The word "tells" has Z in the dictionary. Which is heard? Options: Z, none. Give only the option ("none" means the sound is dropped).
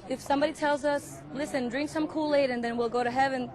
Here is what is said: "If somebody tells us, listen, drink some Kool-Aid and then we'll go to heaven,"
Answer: Z